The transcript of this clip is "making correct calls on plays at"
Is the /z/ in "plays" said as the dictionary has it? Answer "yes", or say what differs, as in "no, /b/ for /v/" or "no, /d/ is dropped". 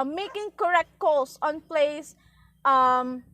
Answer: no, /s/ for /z/